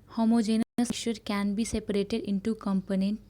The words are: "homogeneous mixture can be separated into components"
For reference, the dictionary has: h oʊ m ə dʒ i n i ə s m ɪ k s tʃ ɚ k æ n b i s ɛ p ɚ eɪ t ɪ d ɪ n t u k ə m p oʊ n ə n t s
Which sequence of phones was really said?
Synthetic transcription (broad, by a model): h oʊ m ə dʒ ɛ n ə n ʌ s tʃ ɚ k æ n b i s ɛ p ɚ eɪ t ɪ d ɪ n t u k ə m p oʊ n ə n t